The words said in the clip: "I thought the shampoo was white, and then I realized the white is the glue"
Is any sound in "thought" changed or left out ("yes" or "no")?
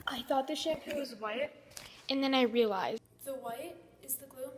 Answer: no